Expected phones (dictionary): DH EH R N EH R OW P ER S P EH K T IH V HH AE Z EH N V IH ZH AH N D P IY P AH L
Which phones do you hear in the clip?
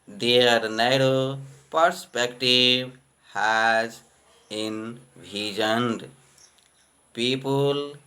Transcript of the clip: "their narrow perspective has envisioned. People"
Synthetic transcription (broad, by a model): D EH R N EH R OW P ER S P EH K T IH B HH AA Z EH N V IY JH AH N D P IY P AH L